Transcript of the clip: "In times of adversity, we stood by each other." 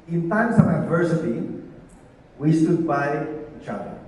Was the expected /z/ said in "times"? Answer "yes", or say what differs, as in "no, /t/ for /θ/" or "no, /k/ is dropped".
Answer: no, /s/ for /z/